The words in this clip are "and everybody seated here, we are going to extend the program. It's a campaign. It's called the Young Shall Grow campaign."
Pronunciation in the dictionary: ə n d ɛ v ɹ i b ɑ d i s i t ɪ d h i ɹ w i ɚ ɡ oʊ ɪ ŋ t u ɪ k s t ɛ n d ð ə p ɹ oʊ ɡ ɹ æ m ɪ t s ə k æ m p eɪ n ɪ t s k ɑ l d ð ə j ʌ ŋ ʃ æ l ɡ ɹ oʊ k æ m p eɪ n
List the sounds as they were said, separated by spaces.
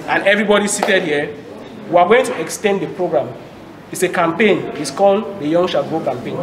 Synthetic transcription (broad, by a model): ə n ɛ v ɹ i b ɑ d i s i t ɪ d h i w i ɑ ɡ oʊ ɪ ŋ t u ɪ k s t ɛ n d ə p ɹ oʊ ɡ ɹ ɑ m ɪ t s ə k æ m p eɪ n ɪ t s k ɑ l d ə j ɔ ŋ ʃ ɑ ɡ oʊ k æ m p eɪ n